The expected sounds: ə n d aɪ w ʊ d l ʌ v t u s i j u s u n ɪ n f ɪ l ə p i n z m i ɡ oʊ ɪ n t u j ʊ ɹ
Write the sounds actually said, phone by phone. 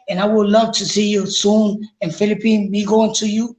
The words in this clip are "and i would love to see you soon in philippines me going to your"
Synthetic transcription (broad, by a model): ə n aɪ w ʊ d l ʌ v t u s i j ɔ s u n ɪ n f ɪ l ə p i n m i ɡ oʊ ɪ n t u j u